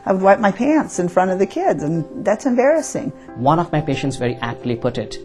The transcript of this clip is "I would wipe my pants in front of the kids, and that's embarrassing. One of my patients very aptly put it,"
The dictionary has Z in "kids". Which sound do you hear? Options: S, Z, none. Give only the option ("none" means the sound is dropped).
Z